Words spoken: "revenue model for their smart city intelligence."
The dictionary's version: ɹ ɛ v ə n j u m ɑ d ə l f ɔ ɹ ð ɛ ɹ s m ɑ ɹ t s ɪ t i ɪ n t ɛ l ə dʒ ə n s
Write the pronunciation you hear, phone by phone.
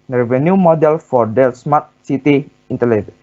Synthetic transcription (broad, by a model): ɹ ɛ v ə n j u m ɑ d ə l f ɔ ɹ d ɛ l s m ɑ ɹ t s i t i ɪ n t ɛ l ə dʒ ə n